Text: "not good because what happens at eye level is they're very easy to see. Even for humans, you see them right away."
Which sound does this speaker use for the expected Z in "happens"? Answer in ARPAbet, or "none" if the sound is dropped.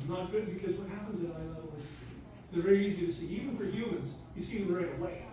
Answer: Z